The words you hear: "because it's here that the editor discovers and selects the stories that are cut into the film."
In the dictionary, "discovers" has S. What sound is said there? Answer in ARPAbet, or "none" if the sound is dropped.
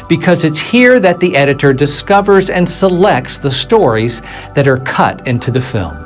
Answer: S